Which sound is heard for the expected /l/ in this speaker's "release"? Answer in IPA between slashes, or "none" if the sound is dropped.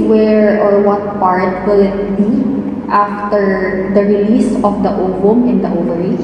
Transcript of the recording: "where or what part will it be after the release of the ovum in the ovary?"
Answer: /l/